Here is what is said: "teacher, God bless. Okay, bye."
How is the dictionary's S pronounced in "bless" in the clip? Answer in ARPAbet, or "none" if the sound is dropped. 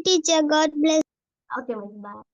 none